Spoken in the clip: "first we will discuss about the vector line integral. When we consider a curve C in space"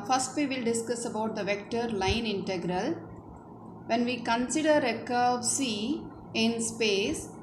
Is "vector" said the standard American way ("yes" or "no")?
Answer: yes